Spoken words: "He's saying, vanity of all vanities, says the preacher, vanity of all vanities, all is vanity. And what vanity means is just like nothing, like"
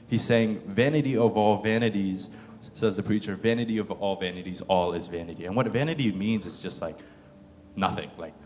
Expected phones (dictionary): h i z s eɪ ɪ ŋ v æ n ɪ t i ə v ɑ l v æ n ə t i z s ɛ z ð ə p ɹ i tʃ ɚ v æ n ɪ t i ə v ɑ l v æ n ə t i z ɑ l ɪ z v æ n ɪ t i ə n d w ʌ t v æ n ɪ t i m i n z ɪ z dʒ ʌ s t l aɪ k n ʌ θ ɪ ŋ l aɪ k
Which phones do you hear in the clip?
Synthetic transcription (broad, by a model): h i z s eɪ ɪ ŋ v æ n ɪ t i ə v ɑ l v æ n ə t i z s ɛ z ð ə p ɹ i tʃ ɚ v æ n ɪ t i ə v ɑ l v æ n ə t i z ɑ l ɪ z v æ n ɪ t i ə n w ʌ t v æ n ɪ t i m i n z ɪ z dʒ ʌ s t l aɪ k n ʌ θ ɪ ŋ l aɪ k